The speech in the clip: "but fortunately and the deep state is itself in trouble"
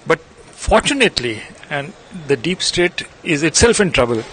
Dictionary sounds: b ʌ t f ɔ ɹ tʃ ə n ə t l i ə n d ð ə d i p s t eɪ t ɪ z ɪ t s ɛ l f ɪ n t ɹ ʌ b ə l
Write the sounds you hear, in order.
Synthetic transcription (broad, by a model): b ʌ t f ɔ ɹ tʃ ə n ə t l i ə n d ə d i p s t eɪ t ɪ z ɪ t s ɛ l f ɪ n t ɹ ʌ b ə l